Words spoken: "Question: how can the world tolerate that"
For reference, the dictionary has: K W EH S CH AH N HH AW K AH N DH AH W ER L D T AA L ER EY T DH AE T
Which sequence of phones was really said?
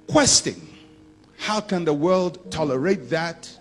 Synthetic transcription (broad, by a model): K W EH S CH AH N HH AW K AH N DH AH W ER L D T AA L ER EY T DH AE T